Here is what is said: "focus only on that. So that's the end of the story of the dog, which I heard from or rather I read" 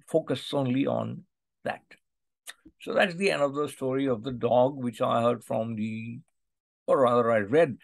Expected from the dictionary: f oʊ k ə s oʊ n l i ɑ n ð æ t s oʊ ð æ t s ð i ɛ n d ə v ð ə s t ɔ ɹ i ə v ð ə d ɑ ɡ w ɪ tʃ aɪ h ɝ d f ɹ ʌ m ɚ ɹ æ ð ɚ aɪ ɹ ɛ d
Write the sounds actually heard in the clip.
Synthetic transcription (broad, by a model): f oʊ k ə s oʊ n l i ɑ n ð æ t s oʊ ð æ t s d i ɛ n d ə v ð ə s t ɔ ɹ i ə v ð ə d ɑ ɡ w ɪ tʃ aɪ h ɝ d f ɹ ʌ m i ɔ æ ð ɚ aɪ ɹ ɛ d